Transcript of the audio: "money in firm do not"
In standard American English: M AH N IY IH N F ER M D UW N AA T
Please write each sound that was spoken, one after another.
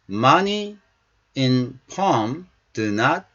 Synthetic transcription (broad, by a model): M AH N IY IH N P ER M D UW N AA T